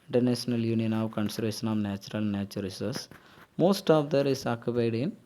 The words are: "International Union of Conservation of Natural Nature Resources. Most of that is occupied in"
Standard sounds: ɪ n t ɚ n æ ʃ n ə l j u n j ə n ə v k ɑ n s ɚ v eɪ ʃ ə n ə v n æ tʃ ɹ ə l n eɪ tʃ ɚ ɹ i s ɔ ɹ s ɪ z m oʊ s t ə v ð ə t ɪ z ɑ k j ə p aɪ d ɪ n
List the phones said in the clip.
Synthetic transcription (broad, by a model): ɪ n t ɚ n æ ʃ n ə l j u n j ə n ə v k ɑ n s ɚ v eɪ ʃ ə n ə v n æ tʃ ɹ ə l n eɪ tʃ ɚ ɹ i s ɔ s m oʊ s t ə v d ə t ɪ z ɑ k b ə ɪ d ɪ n